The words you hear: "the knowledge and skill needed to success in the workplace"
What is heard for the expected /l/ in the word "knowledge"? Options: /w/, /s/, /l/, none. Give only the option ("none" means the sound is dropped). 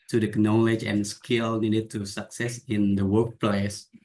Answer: /l/